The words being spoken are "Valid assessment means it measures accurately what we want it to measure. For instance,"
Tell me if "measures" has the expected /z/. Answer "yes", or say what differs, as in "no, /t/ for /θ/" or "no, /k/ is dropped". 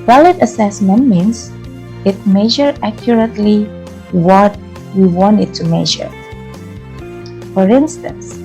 no, /z/ is dropped